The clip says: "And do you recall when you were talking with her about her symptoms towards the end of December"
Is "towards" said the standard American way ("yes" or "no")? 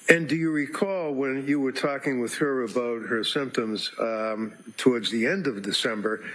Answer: yes